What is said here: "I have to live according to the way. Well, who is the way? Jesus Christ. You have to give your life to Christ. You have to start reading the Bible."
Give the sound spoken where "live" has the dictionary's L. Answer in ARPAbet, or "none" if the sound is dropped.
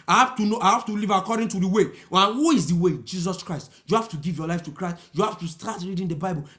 N